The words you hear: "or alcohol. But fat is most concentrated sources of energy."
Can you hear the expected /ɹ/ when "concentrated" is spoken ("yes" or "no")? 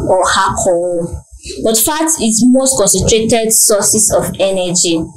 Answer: yes